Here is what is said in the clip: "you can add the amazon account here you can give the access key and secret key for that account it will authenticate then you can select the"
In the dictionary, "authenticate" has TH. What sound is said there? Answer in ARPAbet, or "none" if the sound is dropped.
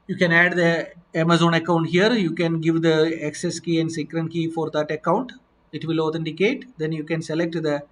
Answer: T